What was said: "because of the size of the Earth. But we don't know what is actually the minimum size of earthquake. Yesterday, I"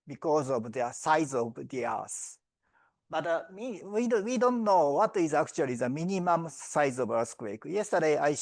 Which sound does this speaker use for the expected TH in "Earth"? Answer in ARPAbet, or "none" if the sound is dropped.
S